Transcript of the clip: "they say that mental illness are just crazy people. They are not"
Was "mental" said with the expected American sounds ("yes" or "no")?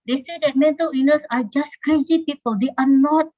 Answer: yes